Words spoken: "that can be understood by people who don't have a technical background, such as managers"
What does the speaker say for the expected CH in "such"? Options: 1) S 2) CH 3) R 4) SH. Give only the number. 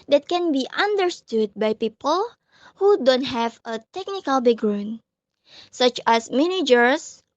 2